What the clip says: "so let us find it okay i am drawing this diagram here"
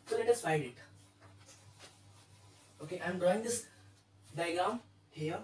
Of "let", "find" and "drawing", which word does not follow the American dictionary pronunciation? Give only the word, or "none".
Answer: find